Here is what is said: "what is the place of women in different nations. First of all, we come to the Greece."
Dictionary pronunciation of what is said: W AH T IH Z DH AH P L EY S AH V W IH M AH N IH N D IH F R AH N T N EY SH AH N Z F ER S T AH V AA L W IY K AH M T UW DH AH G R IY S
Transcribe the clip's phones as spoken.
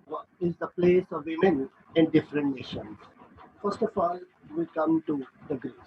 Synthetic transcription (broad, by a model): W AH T IH Z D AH P L EY S AH V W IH M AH N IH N D IH F R AH N T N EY SH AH N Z F ER S T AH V AA L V IY K AH M T UW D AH G R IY